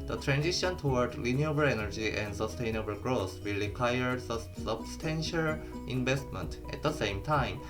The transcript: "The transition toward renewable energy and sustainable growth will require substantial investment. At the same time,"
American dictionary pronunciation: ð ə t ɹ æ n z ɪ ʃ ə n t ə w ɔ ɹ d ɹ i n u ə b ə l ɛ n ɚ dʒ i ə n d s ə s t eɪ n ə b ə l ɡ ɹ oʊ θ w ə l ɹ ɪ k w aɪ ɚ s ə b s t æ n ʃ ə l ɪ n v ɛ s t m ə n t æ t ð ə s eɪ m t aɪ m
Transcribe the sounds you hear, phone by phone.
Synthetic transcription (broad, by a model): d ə t ɹ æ n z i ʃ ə n t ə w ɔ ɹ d l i n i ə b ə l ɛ n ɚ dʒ i ə n d s ə s t eɪ n ə b ə l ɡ ɹ oʊ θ w ə l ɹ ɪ k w aɪ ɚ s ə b s t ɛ n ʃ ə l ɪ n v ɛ s t m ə n t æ t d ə s eɪ m t aɪ m